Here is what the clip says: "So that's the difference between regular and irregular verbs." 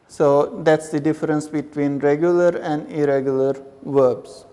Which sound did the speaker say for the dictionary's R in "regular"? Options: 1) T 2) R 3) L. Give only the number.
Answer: 2